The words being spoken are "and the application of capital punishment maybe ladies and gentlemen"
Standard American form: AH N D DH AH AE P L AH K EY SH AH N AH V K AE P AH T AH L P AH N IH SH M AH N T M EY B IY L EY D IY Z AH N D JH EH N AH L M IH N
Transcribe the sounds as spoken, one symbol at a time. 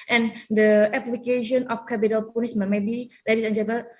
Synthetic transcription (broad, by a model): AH N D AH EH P L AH K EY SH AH N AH F K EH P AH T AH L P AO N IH S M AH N M EY B IY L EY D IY S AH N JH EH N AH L